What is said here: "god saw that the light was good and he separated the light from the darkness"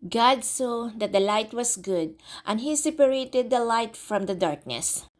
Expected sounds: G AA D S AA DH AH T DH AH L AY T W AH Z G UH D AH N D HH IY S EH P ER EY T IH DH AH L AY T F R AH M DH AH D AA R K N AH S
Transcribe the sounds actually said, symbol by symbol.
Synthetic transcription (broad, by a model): G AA D S AA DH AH T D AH L AY T W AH S G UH D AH N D HH IY S EH P ER EY T IH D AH L AY T F R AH M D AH D AA R K N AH S